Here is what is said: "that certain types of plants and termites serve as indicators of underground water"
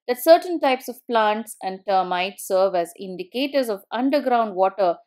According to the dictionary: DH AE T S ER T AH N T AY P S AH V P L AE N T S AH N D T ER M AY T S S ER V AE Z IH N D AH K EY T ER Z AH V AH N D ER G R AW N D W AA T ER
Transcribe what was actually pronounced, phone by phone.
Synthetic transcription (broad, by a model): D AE T S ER T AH N T AY P S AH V P L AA N T S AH N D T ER M AY T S S ER V AE Z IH N D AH K EY T ER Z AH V AH N D ER G R AW N D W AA T ER